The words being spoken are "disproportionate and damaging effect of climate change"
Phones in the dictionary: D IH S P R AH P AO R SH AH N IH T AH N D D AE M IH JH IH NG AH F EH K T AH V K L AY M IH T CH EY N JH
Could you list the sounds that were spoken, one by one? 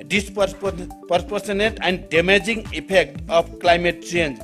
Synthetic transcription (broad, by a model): D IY S P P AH P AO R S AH N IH T AH N D D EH M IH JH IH NG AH P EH K T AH P K L AY M IH T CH EY N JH